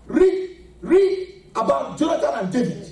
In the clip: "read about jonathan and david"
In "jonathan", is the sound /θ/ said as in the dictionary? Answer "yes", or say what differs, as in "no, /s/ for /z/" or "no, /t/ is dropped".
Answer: no, /t/ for /θ/